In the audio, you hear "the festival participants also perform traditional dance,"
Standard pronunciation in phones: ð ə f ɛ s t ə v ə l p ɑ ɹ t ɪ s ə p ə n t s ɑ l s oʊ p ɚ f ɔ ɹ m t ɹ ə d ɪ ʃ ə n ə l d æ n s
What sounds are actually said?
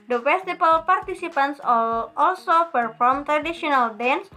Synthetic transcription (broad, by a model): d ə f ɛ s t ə b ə l p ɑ ɹ t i s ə p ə n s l ɑ l s oʊ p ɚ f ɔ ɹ m t ɹ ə d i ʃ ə n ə l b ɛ n s